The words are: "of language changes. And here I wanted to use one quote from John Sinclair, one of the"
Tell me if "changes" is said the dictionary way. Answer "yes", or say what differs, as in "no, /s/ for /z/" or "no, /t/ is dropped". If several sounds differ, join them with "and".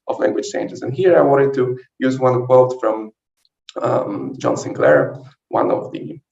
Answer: no, /s/ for /tʃ/